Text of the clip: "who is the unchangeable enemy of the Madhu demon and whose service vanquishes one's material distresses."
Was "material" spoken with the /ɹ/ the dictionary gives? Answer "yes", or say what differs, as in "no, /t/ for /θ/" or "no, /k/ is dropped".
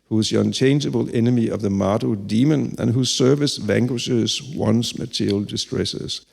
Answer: no, /ɹ/ is dropped